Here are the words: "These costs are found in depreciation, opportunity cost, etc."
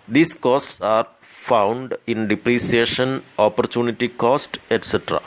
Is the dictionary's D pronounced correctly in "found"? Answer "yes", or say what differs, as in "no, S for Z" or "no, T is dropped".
yes